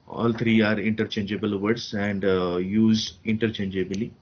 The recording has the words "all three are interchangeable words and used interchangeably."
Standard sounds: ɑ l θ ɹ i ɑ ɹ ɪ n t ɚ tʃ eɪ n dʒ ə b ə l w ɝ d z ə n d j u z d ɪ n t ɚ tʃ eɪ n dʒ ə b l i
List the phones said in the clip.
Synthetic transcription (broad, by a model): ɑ l t ɹ i ɑ ɹ ɪ n t ɚ tʃ eɪ n dʒ ə b ə l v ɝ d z ə n d j u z ɪ n t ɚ tʃ eɪ n dʒ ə b l i